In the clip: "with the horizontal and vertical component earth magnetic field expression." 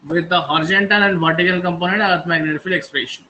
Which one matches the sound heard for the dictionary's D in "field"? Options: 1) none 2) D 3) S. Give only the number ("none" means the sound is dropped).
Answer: 1